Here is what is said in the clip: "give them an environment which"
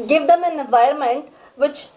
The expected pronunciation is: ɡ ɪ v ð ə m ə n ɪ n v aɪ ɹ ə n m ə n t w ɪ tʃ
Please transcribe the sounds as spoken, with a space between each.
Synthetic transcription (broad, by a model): ɡ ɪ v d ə m ə n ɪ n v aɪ ə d m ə n t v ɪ tʃ